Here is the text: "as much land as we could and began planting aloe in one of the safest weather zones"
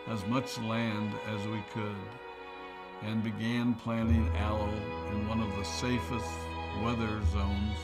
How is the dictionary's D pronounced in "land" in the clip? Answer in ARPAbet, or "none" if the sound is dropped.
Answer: D